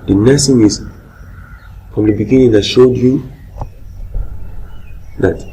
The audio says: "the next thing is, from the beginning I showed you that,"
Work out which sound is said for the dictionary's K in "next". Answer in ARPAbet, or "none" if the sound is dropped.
none